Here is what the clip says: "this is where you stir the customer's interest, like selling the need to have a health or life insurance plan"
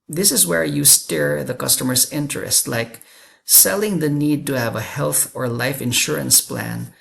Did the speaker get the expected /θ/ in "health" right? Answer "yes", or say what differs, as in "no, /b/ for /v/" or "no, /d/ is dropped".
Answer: yes